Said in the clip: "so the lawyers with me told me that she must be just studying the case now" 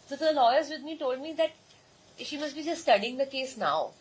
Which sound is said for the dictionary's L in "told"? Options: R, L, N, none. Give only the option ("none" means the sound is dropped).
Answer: L